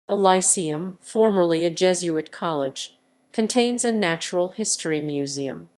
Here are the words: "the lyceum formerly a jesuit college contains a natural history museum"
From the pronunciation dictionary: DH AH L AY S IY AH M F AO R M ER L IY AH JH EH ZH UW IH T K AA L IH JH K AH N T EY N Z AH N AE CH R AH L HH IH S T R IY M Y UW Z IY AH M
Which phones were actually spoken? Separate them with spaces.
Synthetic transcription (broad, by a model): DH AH L AY S IY AH M F AO R M ER L IY AH JH EH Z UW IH T K AA L IH JH K AH N T EY N Z AH N AE CH R L HH IH S T R IY M Y UW Z IY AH M